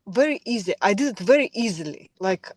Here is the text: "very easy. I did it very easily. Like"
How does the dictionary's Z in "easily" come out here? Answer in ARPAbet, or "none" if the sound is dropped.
Z